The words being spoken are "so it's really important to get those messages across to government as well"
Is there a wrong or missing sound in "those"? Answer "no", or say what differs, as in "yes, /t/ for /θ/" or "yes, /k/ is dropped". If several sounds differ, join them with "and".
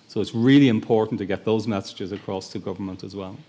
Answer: no